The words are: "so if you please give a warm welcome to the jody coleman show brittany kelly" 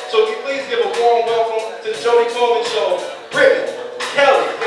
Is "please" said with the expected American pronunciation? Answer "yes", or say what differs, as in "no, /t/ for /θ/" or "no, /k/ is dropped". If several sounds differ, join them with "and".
yes